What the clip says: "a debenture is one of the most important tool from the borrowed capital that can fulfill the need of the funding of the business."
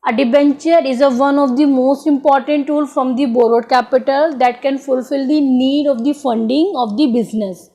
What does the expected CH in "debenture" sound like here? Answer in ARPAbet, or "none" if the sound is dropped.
CH